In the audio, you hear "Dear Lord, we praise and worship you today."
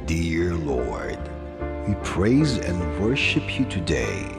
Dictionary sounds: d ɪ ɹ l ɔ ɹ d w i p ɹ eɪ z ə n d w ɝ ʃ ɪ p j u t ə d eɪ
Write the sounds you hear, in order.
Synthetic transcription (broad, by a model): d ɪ ɹ l ɔ ɹ d w i p ɹ eɪ z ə n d w ɝ ʃ ɪ p j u t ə d eɪ